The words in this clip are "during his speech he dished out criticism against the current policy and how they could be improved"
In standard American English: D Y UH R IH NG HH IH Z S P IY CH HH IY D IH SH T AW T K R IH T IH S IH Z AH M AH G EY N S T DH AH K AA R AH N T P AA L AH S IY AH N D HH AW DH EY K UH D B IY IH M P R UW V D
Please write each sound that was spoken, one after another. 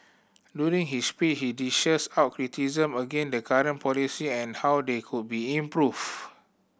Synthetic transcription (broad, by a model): D Y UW R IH NG HH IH S P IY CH HH IY D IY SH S AW T K R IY T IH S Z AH M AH G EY N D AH K AA R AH N P AA L AH S IY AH N HH AW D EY K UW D B IY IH M P R UW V